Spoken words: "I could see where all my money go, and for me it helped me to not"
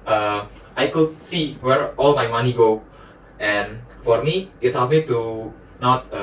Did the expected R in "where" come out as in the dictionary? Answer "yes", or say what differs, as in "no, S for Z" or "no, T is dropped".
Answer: yes